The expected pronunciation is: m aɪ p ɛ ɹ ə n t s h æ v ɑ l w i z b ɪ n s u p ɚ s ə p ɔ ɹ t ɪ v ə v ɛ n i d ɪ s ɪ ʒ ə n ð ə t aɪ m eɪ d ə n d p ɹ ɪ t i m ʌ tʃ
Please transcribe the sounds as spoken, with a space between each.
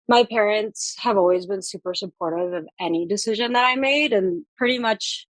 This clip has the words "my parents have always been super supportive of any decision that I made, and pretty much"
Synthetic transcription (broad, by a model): m aɪ p ɛ ɹ ə n t s h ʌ v ɑ l w i z b ɪ n s u p ɚ s ə p ɔ ɹ t ɪ v ə v ɛ n i d ɪ s ɪ ʒ ə n ð ə t aɪ m eɪ d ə n p ɹ ɪ t i m ʌ tʃ